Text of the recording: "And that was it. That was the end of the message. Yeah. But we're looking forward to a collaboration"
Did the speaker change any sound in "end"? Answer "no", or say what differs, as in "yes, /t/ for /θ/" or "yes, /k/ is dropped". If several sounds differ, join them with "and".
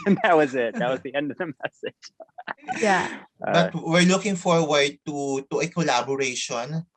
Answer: no